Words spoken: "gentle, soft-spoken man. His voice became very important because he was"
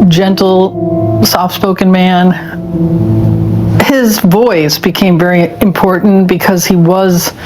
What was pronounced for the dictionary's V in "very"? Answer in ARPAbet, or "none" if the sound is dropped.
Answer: V